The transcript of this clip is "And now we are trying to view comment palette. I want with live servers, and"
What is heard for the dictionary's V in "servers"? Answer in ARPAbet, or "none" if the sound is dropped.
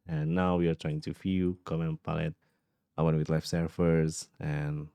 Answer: F